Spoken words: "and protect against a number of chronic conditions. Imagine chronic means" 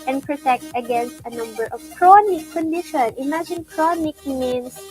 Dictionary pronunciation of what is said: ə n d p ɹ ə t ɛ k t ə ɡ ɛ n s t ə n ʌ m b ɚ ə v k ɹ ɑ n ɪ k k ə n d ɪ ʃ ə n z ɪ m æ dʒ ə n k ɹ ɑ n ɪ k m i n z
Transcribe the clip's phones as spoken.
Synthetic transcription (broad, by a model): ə n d p ɹ ə t ɛ k t ə ɡ ɛ n s t ə n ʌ m b ɚ ə v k ɹ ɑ n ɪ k k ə n d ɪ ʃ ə n ɪ m æ dʒ ə n k ɹ ɑ n ɪ k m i n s